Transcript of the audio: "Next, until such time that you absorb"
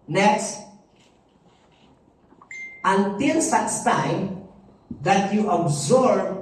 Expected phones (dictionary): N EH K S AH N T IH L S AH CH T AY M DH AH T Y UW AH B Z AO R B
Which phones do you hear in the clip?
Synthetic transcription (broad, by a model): N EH K S AH N T IH L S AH S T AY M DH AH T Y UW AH B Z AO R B